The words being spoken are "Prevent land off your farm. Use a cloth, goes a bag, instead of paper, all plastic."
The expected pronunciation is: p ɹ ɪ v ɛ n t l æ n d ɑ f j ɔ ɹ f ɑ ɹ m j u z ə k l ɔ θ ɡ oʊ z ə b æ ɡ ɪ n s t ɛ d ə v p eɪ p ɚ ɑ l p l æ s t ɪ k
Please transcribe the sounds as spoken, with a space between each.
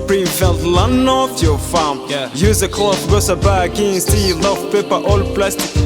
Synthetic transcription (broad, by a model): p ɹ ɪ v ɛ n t l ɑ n ɑ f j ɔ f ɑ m j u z ə k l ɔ f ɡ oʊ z ə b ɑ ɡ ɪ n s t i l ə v p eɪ p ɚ ɑ l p l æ s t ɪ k